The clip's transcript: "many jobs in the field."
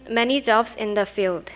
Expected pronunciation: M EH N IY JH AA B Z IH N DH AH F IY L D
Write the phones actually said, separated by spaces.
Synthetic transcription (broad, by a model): M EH N IY JH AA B S IH N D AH F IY L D